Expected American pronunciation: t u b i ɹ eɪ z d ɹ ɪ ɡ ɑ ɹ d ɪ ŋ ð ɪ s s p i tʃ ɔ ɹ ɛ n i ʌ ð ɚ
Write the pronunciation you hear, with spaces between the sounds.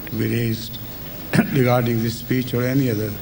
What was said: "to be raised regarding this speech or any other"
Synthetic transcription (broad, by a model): t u b i ɹ eɪ z d ɹ ɪ ɡ ɑ ɹ d ɪ ŋ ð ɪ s s p i tʃ ɔ ɹ ɛ n i ʌ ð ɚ